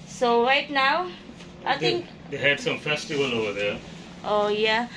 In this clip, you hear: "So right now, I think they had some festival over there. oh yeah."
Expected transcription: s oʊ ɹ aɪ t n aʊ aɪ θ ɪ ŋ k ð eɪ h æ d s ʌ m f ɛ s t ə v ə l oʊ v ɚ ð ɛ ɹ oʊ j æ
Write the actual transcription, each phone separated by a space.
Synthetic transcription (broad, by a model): s oʊ ɹ aɪ t n aʊ aɪ t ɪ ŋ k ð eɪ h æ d s ʌ m f ɛ s t ə v ə l oʊ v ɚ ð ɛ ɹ oʊ j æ